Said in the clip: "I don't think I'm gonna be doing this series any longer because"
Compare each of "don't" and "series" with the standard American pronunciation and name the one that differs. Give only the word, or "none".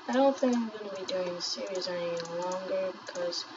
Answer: none